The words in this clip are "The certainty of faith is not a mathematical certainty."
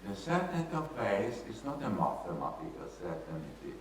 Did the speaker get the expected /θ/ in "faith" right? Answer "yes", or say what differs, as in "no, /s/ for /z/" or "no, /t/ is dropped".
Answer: no, /s/ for /θ/